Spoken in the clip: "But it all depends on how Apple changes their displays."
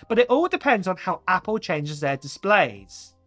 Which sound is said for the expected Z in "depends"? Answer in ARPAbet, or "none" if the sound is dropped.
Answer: Z